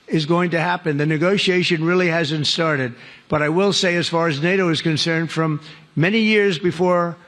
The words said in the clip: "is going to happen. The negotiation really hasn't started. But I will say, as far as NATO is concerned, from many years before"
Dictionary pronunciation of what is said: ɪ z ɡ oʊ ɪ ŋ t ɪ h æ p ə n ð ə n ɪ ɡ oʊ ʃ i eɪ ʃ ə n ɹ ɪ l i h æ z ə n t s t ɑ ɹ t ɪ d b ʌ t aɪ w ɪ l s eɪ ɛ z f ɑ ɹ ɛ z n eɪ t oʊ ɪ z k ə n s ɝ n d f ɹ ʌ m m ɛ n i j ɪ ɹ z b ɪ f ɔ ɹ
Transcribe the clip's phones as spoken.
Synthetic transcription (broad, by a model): ɪ z ɡ oʊ ɪ ŋ t ɪ h æ p ə n ð ə n ɪ ɡ oʊ ʃ i eɪ ʃ ə n ɹ ɪ l i h æ z ə n t s t ɑ ɹ t ɪ d b ʌ t aɪ w ɪ l s eɪ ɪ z f ɑ ɹ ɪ z n eɪ t oʊ ɪ z k ə n s ɝ n d f ɹ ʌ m m ɛ n i j ɪ ɹ z b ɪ f ɔ ɹ